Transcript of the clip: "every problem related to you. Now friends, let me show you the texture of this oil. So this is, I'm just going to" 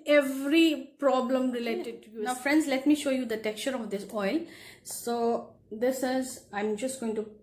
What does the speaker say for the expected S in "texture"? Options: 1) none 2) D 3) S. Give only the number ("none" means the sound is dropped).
1